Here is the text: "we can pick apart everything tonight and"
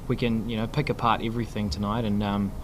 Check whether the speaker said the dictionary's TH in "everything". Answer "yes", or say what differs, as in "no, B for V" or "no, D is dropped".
yes